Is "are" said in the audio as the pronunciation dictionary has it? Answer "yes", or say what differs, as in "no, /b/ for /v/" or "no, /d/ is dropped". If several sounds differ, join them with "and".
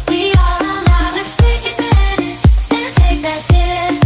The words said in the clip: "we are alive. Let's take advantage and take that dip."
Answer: no, /l/ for /ɹ/